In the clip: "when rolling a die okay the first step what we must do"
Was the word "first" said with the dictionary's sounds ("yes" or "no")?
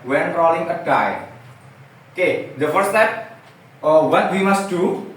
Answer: no